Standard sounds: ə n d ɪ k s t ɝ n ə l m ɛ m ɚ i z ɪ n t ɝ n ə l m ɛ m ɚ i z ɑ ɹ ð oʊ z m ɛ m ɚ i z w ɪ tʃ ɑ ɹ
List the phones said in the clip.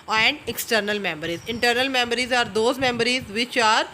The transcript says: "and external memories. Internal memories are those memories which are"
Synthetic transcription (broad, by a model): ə n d ɪ k s t ɝ n ə l m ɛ m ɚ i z ɪ n t ɝ n ə l m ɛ m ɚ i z ɑ ɹ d oʊ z m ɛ m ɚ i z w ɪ tʃ ɑ ɹ